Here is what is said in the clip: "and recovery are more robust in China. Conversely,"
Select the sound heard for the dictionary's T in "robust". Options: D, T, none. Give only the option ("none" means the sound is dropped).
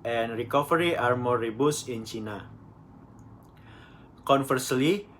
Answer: none